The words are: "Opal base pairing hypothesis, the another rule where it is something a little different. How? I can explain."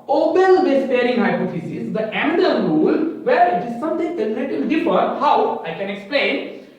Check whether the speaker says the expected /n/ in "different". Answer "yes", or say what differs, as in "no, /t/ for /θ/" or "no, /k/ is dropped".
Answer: no, /n/ is dropped